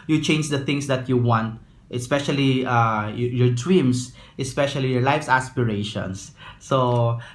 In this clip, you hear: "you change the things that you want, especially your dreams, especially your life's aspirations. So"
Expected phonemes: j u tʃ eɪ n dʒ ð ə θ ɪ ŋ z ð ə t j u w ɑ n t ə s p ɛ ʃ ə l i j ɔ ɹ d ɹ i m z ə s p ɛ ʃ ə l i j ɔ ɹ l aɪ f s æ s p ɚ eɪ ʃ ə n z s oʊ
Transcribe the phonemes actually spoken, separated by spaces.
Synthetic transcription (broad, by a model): j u tʃ eɪ n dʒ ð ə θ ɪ ŋ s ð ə t j u w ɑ n t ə s p ɛ ʃ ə l i j ɔ ɹ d w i m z ə s p ɛ ʃ ə l i j ɔ ɹ l aɪ f s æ s p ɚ eɪ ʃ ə n s oʊ